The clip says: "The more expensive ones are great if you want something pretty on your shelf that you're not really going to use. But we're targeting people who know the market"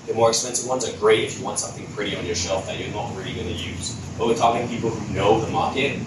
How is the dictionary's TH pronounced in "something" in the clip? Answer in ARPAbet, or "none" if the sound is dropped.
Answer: TH